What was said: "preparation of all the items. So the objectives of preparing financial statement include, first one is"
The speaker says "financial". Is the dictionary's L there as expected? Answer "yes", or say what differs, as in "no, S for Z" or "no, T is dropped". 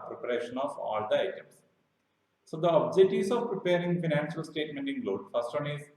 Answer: yes